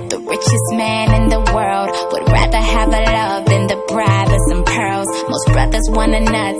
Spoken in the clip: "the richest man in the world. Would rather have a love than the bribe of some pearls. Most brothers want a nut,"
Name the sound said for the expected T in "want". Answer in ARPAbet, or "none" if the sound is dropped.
none